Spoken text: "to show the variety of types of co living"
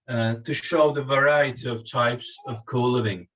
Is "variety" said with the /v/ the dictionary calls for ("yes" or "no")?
yes